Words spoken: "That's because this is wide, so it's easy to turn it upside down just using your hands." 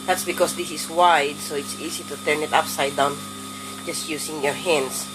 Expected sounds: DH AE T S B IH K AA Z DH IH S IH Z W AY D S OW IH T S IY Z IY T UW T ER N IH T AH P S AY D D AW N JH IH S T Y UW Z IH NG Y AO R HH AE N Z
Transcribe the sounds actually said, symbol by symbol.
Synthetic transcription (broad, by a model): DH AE T S B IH K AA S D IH S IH S W AY D S OW IH T S IY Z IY T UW T ER N IH T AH P S AY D D AW N JH IH S T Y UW S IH NG Y AO R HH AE N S